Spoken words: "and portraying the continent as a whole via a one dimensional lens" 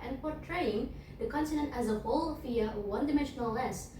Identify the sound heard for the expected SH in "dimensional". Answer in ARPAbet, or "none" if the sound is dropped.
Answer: SH